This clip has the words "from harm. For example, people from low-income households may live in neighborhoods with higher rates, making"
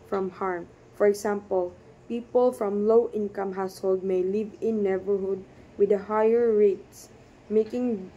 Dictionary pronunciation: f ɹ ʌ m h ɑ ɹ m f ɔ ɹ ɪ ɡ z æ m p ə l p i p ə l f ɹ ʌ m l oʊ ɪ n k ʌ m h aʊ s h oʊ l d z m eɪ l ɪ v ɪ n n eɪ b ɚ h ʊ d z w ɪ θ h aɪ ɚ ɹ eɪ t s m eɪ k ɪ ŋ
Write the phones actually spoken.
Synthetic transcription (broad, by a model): f ɹ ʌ m h ɑ ɹ m f ɔ ɹ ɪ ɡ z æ m p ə l p i p ə l f ɹ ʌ m l oʊ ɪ n k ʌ m h aʊ s h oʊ l d m eɪ l ɪ v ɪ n n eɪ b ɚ h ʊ d w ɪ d h aɪ ɚ ɹ eɪ t s m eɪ k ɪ ŋ